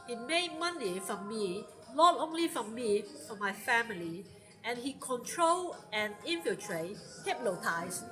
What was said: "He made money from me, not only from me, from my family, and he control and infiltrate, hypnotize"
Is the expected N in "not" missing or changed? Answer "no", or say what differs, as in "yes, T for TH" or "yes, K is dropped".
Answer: yes, L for N